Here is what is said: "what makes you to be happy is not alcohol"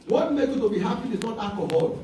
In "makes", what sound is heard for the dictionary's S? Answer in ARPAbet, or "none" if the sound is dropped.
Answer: none